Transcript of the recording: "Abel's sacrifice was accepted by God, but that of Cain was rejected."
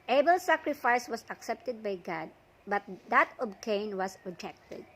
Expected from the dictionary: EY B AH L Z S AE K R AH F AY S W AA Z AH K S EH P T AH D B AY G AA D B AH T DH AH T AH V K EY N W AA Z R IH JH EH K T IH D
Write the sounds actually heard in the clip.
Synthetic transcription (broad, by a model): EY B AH L S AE K R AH F AY S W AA S AH K S EH P T AH D B AY G AA D B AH T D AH T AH B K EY N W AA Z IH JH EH K T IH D